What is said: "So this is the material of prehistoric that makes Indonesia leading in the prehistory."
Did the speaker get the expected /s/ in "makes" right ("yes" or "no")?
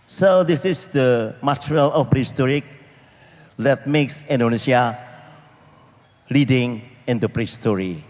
yes